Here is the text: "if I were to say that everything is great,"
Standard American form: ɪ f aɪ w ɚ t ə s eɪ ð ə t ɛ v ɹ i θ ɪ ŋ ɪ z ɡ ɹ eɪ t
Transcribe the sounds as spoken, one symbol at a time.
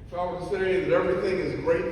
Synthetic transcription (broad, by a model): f aɪ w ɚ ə s eɪ ð ə t ɛ v ɹ i θ ɪ ŋ ɪ z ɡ ɹ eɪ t